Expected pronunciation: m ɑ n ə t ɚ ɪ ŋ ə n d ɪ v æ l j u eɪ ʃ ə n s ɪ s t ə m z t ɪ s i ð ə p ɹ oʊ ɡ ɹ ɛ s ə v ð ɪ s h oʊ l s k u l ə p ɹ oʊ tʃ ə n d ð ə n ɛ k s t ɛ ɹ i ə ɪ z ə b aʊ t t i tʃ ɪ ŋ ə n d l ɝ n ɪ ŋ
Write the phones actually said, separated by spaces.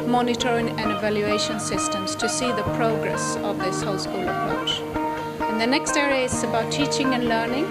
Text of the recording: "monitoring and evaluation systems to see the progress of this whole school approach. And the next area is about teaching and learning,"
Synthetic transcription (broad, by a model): m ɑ n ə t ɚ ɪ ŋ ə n ɪ v æ l j u eɪ ʃ ə n s ɪ s t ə m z t ɪ s i ð ə p ɹ oʊ ɡ ɹ ɛ s ə v ð ɪ s h oʊ l s k u l ə p ɹ oʊ tʃ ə n ð ə n ɛ k s t ɛ ɹ i ə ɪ s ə b aʊ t t i tʃ ɪ ŋ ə n l ɝ n ɪ ŋ